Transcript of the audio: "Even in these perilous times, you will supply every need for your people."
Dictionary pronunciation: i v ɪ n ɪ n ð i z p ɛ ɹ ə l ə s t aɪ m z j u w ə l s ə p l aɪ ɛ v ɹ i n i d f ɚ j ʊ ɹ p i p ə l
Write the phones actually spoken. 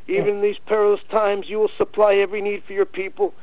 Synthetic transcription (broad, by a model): i v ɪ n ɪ n ð i z p ɛ ɹ ə l ə s t aɪ m z j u w ə l s ə p l aɪ ɛ v ɹ i n i d f ɚ j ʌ ɹ p i p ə l